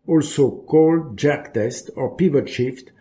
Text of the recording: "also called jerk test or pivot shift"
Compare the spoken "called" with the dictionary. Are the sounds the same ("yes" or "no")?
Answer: yes